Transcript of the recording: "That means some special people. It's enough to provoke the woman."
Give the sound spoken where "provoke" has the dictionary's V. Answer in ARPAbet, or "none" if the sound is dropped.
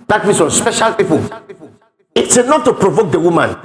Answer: V